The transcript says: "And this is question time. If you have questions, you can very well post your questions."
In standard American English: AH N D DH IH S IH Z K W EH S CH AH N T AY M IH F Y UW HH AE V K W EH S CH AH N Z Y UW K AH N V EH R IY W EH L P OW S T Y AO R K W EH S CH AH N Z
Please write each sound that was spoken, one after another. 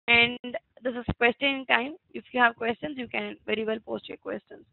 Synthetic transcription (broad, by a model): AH N D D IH S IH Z K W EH S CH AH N T AY M IH F Y UW HH AE V K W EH S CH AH N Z Y UW K AH N V EH R IY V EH L P OW S T Y AO R K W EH S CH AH N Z